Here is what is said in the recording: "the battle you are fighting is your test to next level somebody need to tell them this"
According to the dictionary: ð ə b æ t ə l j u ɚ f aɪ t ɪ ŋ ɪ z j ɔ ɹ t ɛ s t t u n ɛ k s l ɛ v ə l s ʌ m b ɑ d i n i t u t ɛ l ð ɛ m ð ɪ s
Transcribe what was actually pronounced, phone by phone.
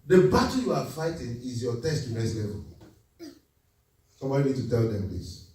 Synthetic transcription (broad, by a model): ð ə b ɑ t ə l j u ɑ f aɪ t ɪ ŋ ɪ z j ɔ t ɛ s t t u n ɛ s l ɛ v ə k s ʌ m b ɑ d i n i t u t ɛ l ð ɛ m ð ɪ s